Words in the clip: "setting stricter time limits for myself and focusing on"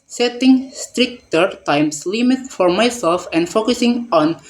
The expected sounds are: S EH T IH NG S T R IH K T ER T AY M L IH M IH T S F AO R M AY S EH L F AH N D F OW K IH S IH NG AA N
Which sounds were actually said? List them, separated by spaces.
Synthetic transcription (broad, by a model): S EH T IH NG S T R IH K T ER T AY M L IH M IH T F AO R M AY S EH L F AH N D F OW K IH S IH NG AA N